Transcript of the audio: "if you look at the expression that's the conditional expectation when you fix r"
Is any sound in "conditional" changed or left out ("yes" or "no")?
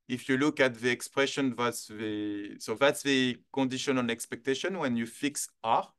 yes